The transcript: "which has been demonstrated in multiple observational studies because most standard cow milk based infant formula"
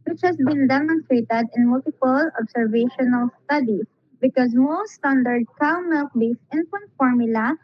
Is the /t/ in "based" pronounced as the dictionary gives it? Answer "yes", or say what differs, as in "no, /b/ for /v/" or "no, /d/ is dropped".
no, /t/ is dropped